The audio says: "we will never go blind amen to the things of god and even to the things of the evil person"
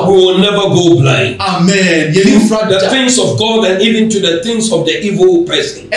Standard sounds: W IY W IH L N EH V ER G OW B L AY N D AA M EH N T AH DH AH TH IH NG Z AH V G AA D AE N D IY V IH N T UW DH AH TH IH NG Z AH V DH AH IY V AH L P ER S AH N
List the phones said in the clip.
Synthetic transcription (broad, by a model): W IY W IH L N EH V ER G OW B L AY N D AA M EH N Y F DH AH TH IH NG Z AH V G AA D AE N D IY V IH N T UW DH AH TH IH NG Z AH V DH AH IY V AH L P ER S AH N